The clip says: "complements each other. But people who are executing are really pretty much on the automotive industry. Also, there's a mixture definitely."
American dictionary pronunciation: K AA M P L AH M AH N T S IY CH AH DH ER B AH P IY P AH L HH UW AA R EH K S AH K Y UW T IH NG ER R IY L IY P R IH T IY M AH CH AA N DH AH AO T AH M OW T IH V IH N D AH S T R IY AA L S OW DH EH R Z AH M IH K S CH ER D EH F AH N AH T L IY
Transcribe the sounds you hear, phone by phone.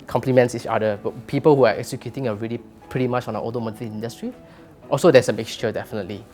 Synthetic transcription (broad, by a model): K AA M P L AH M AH N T S IY CH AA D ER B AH P IY P AH L HH UW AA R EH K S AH K Y UW T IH NG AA R IY L IY P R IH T IY M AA CH AA N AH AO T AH M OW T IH IH N D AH S T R IY AA L S OW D EH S AH M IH K S CH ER D EH F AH N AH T L IY